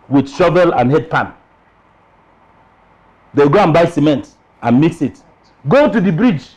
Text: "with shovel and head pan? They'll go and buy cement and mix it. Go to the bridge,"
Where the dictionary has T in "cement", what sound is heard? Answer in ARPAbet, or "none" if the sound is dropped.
T